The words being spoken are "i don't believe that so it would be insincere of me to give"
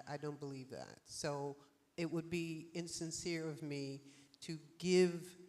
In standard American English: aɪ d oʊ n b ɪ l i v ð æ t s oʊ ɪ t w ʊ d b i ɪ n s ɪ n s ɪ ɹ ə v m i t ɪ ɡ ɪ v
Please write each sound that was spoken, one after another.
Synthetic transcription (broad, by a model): aɪ d oʊ n b ɪ l i v ð æ t s oʊ ɪ t w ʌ d b i ɪ n s ɪ n s ɪ ɹ ə v m i t ɪ ɡ ɪ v